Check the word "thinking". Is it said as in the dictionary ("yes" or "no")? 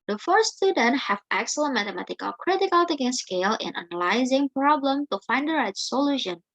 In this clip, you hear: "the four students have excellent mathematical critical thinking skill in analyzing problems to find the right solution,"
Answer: no